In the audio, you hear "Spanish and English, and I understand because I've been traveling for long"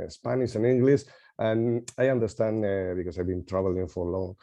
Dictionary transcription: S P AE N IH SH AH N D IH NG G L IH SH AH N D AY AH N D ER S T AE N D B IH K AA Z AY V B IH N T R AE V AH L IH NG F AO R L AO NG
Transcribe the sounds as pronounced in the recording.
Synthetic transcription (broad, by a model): S P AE N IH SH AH N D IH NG G L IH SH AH N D AY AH N D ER S T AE N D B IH K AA S AY V B IH N T R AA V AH L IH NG F AO R L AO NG